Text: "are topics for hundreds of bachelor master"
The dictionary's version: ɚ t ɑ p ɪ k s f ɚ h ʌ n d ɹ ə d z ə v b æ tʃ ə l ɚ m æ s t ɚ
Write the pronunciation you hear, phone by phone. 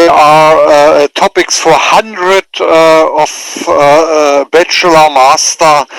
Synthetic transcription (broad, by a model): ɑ t ɑ p ɪ k s f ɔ h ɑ n d ɹ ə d ə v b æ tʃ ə l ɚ m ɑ s t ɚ